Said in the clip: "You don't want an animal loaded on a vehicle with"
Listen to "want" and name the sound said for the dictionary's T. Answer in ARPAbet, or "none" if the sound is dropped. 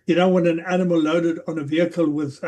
none